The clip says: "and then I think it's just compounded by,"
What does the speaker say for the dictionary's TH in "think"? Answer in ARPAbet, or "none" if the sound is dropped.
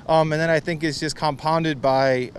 TH